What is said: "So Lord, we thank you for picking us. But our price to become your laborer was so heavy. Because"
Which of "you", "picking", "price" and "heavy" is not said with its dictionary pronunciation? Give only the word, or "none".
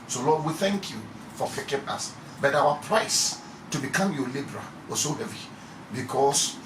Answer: picking